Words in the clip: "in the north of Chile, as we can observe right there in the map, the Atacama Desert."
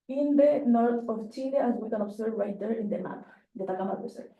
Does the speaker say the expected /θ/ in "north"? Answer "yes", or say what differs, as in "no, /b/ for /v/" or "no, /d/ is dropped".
no, /t/ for /θ/